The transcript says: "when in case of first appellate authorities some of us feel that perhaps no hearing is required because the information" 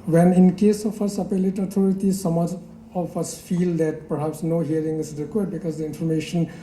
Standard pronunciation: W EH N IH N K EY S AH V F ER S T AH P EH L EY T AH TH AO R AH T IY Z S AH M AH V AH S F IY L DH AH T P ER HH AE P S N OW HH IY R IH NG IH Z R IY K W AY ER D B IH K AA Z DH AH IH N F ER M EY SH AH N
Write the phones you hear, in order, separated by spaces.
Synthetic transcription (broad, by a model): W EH N IH N K EY S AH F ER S AH P EH L EY T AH T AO R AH T IY S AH M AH F AH S F IY L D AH T P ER HH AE P S N OW HH IY R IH NG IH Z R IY K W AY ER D B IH K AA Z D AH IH N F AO M EY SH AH N